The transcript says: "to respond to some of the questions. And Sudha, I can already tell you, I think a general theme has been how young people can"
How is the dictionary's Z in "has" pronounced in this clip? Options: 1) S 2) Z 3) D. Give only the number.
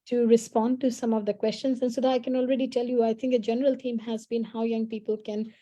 2